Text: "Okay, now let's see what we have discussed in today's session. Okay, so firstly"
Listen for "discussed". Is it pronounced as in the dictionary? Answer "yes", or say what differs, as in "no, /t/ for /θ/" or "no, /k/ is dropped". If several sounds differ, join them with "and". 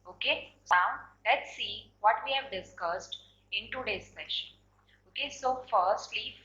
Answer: yes